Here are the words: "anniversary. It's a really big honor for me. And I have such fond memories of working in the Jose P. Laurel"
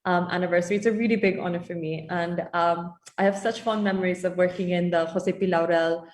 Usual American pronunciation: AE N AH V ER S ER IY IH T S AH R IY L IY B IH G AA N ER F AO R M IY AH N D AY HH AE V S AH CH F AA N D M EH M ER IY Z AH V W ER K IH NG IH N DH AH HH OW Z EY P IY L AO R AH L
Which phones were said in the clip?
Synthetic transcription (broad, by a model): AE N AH V ER S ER IY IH T S AH R IY L IY B IH G AA N ER F AO R M IY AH N D AY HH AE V S AH CH F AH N M EH M ER IY Z AH V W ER K IH NG IH N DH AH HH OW S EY P IY L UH R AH L